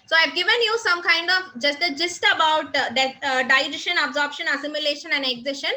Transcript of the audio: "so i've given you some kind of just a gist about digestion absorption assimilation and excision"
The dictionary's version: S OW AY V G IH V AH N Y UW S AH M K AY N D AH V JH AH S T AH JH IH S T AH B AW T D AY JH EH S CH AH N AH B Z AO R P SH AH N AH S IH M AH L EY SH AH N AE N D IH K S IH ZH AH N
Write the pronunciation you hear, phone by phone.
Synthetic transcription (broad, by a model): S OW AY V G IH V AH N Y UW S AH M K AY N D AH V JH AH S T AH JH IH S T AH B AW T D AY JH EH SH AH N AH B Z AO R P SH AH N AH S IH M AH L EY SH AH N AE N D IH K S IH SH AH N